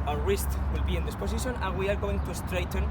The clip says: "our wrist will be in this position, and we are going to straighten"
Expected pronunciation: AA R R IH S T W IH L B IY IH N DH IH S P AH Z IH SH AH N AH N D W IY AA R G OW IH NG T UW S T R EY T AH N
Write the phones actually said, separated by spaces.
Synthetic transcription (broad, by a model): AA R R IH S T W IH L B IY IH N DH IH S P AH S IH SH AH N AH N W IY AA R G OW IH NG T UW S T R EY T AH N